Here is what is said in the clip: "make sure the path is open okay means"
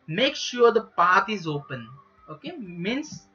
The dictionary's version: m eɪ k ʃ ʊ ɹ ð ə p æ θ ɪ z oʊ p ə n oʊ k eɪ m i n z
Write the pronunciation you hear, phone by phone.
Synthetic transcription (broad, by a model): m eɪ k ʃ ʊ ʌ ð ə p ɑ t ɪ z oʊ p ə n oʊ k eɪ m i n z